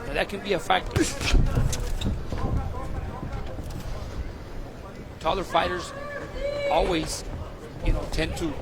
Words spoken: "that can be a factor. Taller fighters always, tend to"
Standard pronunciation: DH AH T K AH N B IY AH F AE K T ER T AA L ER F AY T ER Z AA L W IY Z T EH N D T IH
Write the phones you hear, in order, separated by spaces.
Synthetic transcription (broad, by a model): DH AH T K AH N B IY AH F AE K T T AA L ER F AY T ER Z AA L W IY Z T EH N T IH